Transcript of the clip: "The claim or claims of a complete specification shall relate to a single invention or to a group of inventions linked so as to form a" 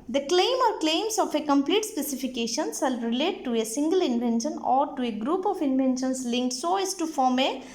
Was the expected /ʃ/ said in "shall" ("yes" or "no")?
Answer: no